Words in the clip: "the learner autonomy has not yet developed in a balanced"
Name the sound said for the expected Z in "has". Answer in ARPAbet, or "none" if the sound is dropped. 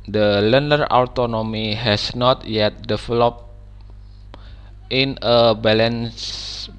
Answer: S